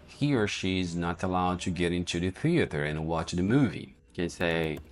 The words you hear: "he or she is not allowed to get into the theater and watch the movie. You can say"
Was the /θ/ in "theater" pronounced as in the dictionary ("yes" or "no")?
yes